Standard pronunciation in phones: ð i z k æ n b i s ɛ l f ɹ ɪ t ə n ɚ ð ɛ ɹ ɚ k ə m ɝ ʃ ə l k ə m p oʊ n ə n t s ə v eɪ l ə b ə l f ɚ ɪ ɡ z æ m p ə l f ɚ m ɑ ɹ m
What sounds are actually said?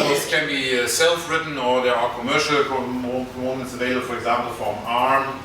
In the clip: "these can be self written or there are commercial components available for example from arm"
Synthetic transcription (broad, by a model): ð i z k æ n b i s ɛ l f ɹ ɪ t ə n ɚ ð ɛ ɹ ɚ k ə m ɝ ʃ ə l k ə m oʊ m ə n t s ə v eɪ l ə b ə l f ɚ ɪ ɡ z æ m p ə l f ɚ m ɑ ɹ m